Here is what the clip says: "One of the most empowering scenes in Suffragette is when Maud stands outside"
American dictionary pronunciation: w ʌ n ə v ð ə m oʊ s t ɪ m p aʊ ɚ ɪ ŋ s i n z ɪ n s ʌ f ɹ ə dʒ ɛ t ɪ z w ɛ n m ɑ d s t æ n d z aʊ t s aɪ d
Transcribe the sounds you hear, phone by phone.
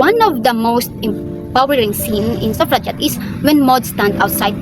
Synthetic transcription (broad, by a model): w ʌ n ə v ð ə m oʊ s t ɪ m p aʊ ɚ ɪ ŋ s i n ɪ n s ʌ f ɹ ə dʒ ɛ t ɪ s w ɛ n m ɑ d s t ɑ n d aʊ t s aɪ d